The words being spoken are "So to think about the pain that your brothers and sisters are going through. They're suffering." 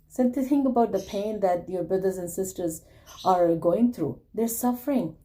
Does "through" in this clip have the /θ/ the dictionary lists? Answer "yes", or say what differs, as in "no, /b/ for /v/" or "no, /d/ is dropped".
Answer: no, /t/ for /θ/